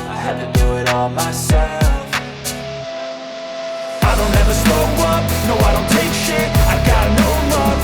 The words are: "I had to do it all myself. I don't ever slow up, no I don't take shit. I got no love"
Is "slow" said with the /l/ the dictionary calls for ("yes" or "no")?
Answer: no